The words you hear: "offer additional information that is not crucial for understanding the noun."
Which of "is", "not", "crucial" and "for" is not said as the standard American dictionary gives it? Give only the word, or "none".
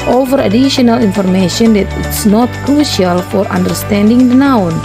is